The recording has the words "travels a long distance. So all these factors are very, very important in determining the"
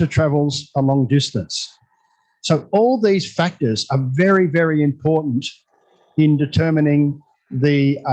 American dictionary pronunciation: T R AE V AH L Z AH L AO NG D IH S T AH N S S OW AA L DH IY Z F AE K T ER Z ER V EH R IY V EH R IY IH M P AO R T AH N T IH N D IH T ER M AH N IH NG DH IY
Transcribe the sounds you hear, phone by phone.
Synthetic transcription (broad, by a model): T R AE V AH L Z AH L AO NG D IH S T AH N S S OW AA L DH IY Z F AE K T ER Z ER V EH R IY V EH R IY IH M P AO R T N T IH N D IH T ER M AH N IH NG DH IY